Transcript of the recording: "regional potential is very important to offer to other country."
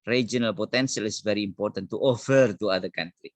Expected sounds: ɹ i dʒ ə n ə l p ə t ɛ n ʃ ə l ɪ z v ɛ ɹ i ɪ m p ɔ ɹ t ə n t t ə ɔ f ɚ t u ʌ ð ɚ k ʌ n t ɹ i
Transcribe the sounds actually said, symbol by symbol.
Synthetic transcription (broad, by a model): ɹ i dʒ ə n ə l p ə t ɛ n s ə l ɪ s v ɛ ɹ i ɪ m p ɔ ɹ t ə n t t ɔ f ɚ t u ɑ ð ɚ k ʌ n t ɹ i